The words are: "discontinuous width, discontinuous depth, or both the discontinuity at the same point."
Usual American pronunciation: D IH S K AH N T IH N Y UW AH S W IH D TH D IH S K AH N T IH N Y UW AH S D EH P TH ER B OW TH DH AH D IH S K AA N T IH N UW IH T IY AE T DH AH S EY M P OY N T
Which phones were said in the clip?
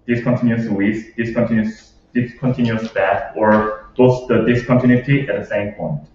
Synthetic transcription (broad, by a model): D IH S K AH N T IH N Y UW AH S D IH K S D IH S K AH N T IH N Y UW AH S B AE TH ER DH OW S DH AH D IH S K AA N T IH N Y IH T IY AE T DH AH S EY M P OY N T